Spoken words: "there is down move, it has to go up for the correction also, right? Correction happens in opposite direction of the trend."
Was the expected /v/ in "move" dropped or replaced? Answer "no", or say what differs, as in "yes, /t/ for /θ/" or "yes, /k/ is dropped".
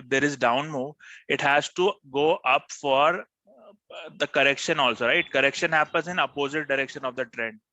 yes, /v/ is dropped